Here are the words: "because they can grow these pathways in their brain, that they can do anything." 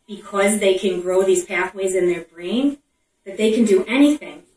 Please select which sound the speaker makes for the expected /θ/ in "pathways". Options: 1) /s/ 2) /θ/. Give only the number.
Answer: 2